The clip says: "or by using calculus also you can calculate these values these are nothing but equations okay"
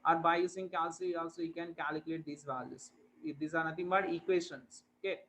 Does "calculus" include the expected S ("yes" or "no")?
no